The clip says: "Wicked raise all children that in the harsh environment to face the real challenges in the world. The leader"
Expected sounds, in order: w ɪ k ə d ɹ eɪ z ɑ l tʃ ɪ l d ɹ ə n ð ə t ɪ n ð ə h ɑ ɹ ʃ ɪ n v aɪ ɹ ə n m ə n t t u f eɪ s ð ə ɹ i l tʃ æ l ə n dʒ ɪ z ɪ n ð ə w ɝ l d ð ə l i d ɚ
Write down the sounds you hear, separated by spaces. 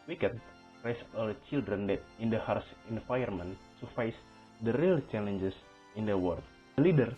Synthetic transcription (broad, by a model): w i k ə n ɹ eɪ s ɑ l tʃ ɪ l d ɹ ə n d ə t ɪ n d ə h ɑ ɹ s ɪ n f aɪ ə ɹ m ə n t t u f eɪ s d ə ɹ i l tʃ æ l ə n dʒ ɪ s ɪ n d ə w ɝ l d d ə l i d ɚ